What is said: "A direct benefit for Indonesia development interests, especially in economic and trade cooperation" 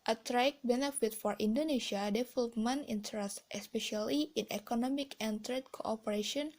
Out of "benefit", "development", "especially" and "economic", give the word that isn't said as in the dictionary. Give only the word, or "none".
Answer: development